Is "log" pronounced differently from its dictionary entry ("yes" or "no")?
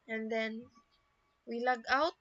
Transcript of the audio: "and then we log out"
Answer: no